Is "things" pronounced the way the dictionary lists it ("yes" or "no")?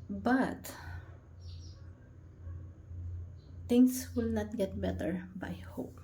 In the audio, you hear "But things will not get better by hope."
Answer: no